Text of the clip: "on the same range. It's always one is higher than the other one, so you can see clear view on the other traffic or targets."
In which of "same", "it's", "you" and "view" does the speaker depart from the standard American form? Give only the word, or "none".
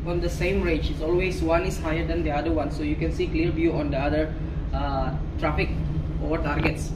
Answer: view